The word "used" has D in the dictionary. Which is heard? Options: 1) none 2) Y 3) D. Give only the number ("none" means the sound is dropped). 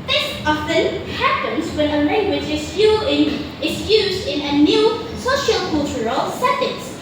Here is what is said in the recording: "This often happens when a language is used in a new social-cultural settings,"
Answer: 3